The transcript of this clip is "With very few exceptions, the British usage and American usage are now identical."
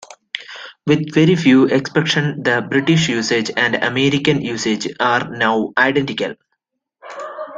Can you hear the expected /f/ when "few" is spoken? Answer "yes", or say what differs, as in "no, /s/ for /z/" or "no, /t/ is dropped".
yes